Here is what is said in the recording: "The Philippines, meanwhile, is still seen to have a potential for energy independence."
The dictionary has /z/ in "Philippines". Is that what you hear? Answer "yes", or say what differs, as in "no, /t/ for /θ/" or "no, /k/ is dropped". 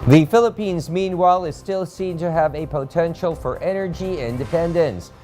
yes